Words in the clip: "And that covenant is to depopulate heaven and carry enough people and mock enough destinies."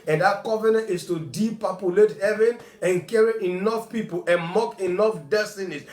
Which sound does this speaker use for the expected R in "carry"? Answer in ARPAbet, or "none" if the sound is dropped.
R